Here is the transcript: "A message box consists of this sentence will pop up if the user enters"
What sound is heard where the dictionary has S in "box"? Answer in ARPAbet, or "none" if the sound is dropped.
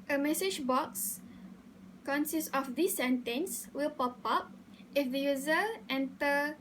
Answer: S